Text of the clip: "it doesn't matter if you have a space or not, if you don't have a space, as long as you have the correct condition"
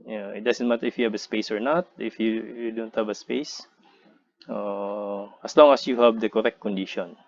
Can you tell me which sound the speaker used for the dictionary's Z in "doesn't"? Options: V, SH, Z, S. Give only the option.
S